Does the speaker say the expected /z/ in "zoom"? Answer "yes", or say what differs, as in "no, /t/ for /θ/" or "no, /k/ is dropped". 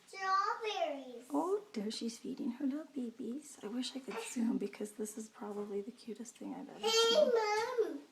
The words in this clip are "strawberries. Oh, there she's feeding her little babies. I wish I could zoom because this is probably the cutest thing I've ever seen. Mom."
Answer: no, /s/ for /z/